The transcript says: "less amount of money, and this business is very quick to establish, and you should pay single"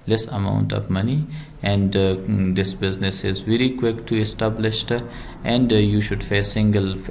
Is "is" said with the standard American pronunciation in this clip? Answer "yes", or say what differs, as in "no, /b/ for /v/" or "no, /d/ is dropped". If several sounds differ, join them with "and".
yes